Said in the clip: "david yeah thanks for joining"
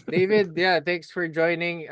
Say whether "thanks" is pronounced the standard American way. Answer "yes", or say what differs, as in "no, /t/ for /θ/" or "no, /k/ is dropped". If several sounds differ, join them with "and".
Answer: yes